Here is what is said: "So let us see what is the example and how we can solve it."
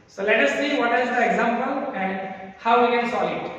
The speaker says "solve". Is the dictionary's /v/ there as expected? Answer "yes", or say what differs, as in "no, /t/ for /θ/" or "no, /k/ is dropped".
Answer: no, /v/ is dropped